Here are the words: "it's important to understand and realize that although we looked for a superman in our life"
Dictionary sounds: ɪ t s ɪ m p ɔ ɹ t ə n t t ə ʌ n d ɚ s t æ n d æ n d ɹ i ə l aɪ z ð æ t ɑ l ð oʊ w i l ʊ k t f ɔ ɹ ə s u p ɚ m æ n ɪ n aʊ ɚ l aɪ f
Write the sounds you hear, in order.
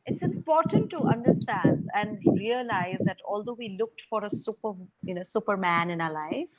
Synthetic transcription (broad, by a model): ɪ t s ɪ m p ɔ ɹ t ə n t t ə ʌ n d ɚ s t æ n d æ n d ɹ i ə l aɪ z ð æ t ɑ l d oʊ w i l ʊ k t f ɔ ɹ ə s u p ɚ m æ n ɪ n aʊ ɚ l aɪ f